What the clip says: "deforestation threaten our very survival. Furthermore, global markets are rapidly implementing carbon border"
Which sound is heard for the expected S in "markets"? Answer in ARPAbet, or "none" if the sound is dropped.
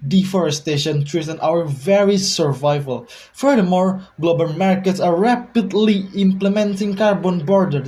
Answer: S